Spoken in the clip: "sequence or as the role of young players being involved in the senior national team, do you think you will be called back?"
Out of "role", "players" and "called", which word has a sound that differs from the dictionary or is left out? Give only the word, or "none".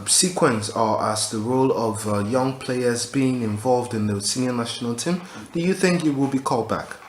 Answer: none